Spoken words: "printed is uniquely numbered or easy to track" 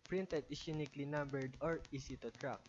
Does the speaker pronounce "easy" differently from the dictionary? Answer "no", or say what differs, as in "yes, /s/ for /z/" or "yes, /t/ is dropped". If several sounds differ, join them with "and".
yes, /s/ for /z/